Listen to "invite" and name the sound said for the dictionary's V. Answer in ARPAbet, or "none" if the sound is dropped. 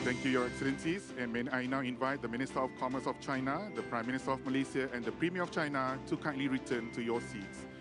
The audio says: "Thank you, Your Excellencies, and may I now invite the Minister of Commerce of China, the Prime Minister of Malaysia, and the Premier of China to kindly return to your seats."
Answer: V